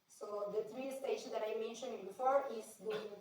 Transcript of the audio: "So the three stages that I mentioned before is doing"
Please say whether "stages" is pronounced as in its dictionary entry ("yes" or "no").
no